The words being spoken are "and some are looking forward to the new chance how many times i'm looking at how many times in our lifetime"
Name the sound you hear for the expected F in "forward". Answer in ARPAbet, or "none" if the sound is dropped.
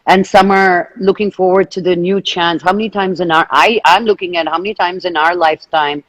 F